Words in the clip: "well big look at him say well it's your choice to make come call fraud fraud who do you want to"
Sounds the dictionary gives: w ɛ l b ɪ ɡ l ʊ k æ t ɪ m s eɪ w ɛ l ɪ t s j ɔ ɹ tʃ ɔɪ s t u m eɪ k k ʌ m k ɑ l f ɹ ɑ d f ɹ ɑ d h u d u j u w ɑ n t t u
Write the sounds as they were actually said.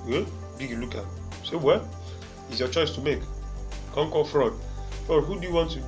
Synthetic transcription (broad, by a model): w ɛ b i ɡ l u k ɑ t s eɪ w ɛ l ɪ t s j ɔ tʃ ɔɪ s t u m eɪ k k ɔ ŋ k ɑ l f ɹ ɑ d f ɹ ɑ d h u d u j u w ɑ n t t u